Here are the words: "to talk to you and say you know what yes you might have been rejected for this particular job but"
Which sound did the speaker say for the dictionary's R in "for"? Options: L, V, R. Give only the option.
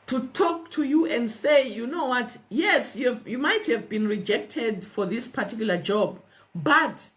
R